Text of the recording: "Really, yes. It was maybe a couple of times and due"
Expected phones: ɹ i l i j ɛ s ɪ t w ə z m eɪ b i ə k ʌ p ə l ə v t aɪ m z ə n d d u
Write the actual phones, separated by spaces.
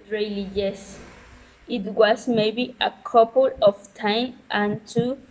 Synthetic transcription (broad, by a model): ɹ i l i j ɛ s ɪ t w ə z m eɪ b i ə k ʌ p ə l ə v t aɪ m ə n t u